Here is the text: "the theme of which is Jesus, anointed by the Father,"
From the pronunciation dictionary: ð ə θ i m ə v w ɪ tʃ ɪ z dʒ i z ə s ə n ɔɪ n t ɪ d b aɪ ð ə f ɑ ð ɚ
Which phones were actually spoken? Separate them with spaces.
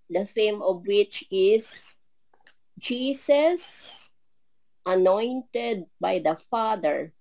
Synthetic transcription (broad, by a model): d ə f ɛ m ə v w ɪ tʃ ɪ s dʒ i s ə s ə n ɔɪ n t ɪ d b aɪ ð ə f ɑ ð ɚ